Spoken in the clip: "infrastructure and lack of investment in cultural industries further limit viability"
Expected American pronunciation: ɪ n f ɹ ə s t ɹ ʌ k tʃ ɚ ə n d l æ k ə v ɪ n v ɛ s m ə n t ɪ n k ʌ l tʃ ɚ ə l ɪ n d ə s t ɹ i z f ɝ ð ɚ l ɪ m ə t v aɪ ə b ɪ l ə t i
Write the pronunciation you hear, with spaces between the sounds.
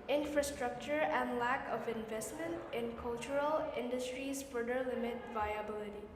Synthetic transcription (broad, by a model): ɪ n f ɹ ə s t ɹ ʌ k tʃ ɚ ə n d l æ k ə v ɪ n v ɛ s m ə n t ɪ n k ʌ l tʃ ɚ ə l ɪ n d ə s t ɹ i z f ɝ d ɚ l ɪ m ə t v aɪ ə b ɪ l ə t i